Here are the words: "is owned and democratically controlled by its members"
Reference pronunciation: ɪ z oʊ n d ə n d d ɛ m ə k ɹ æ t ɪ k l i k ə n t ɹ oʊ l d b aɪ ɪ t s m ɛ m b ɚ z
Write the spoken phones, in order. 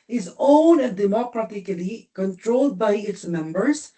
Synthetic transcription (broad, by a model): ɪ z oʊ n ə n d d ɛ m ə k ɹ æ t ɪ k l i k ə n t ɹ oʊ l d b aɪ ɪ t s m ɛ m b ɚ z